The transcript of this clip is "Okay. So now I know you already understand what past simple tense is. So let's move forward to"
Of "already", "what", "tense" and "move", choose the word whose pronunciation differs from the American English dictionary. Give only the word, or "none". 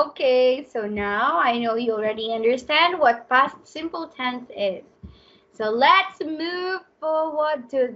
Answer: tense